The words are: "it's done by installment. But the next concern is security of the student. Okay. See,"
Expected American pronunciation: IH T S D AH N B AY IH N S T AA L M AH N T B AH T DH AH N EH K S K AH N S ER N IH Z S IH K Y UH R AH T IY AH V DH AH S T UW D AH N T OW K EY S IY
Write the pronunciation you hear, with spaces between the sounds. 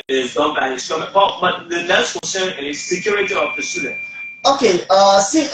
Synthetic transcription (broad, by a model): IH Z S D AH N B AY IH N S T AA M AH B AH B AH T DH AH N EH S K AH N S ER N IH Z S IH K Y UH R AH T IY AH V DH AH S T UW D AH N T OW K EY S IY